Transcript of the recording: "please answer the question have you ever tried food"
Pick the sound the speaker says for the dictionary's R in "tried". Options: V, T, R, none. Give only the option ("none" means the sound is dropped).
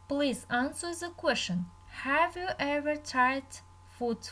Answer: none